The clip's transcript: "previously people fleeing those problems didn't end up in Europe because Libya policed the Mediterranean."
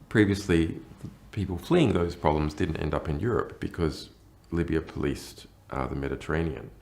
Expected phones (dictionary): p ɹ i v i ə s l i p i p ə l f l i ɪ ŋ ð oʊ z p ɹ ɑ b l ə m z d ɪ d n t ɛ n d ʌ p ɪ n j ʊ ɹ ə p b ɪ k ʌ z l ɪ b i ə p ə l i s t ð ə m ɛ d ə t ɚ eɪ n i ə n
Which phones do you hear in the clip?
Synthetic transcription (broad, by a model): p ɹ i v i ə s l i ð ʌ p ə l f l i ɪ ŋ ð oʊ z p ɹ ɑ b l ə m z d ɪ d n t ɛ n d ʌ p ɪ n j ʊ ɹ ə p b ɪ k ʌ z l ɪ b i ə p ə l i s t ð ə m ɛ d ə t ɚ eɪ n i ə n